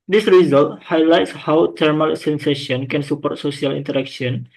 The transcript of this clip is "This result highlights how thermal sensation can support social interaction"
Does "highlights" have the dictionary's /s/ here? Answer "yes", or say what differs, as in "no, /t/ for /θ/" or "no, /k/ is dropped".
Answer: yes